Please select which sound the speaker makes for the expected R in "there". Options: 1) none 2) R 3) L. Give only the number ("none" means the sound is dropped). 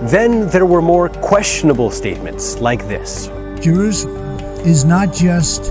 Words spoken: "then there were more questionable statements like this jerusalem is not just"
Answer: 2